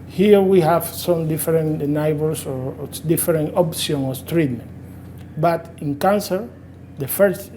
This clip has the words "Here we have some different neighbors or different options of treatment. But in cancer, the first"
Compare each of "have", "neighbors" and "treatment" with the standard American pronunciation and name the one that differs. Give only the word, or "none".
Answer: neighbors